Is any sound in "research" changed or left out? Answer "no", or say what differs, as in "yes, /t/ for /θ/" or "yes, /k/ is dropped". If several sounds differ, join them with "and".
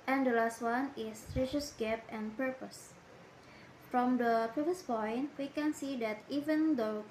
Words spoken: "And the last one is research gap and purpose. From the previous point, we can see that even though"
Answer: yes, /s/ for /tʃ/